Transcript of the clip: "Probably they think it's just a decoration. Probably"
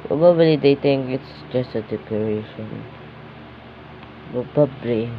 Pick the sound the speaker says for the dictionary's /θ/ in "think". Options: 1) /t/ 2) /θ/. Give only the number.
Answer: 1